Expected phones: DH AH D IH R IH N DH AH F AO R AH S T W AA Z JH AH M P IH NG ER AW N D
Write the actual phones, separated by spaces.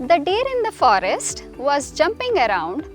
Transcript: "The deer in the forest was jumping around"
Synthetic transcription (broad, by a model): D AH D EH R IH N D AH F AO R AH S T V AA Z JH AH M P IH NG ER AW N D